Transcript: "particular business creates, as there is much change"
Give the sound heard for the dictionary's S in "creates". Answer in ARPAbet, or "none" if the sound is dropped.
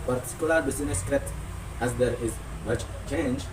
none